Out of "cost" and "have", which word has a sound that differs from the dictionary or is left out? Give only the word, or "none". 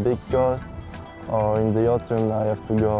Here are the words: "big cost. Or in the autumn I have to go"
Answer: have